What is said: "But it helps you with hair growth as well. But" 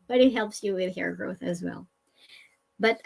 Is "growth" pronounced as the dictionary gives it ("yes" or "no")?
yes